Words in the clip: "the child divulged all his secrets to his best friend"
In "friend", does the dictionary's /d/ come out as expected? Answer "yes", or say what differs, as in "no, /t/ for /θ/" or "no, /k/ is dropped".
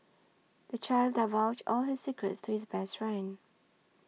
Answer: no, /d/ is dropped